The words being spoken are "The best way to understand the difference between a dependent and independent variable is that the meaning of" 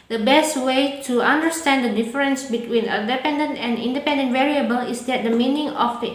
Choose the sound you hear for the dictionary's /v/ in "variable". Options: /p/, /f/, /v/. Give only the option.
/v/